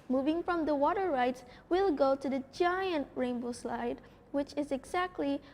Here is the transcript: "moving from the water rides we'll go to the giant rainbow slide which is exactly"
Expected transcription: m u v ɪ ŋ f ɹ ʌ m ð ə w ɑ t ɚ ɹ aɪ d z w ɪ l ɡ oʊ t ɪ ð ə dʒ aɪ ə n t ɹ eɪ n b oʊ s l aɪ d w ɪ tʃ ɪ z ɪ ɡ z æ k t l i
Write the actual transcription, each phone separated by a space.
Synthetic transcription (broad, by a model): m u v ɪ ŋ f ɹ ʌ m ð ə w ɑ t ɚ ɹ aɪ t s w ɪ l ɡ oʊ t ɪ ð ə dʒ aɪ ə n t ɹ eɪ n b oʊ s l aɪ d w ɪ tʃ ɪ z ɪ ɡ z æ k t l i